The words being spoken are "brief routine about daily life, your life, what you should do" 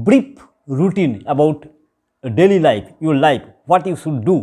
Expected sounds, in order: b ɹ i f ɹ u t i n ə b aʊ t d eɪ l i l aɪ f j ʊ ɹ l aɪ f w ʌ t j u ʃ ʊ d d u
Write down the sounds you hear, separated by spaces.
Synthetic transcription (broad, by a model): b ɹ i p ɹ u t i n ə b aʊ t d eɪ l i l aɪ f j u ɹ l aɪ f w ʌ t j u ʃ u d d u